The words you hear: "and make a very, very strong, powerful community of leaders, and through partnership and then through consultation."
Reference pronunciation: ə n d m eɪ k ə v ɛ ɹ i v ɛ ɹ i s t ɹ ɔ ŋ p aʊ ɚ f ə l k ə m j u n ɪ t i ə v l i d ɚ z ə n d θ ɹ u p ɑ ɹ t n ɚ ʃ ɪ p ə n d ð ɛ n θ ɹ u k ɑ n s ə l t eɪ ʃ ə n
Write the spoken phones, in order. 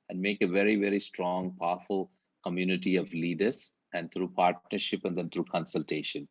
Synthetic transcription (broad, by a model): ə n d m eɪ k ə v ɛ ɹ i v ɛ ɹ i s t ɹ ɔ ŋ p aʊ f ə l k ə m j u n ɪ t i ə v l i d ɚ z ə n d t ɹ u p ɑ ɹ t n ɚ ʃ ɪ p ə n d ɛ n t ɹ u k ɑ n s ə l t eɪ ʃ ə n